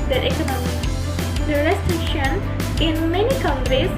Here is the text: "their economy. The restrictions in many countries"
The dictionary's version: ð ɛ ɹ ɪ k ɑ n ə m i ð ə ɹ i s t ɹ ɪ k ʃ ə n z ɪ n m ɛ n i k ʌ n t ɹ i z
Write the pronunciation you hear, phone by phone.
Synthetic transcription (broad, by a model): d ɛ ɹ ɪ k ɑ n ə m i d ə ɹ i s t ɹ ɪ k ʃ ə n ɪ n m ɛ n i k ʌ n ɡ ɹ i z